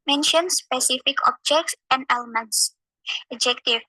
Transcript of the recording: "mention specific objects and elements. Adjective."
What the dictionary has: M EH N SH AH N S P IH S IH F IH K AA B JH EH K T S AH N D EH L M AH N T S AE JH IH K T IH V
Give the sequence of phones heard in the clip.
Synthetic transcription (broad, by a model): M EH N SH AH N S P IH S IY F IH K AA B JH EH K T S AH N D EH L M AH N T S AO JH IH K T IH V